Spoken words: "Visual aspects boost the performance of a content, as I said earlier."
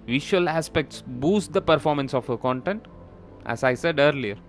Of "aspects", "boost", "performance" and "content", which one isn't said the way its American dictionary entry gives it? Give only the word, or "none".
none